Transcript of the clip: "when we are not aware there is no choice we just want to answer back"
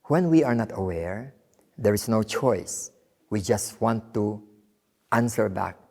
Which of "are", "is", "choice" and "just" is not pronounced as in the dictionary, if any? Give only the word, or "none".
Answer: is